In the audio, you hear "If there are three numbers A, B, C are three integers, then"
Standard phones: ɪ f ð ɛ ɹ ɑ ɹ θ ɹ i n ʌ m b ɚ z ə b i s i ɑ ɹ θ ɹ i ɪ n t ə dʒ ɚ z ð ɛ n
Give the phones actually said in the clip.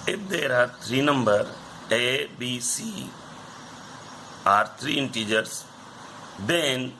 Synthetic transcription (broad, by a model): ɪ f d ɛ ɹ ɑ ɹ t ɹ i n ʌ m b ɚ ə b i s i ɑ ɹ t ɹ i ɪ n t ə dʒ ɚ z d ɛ n